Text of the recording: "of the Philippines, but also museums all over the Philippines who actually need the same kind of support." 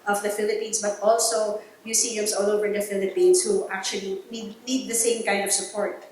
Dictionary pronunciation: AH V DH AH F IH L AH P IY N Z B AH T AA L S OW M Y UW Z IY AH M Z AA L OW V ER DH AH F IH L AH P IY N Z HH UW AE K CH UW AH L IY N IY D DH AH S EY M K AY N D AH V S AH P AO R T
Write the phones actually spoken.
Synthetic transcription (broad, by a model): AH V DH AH F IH L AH P IY N S B AH T AA L S OW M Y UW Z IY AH M S AA L OW V ER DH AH F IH L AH P IY N S HH UW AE K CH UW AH N IY N IY D DH AH S EY M K AY N D AH V S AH P AO R T